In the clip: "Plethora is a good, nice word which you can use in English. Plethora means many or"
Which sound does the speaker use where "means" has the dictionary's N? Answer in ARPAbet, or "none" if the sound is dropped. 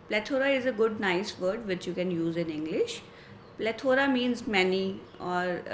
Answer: N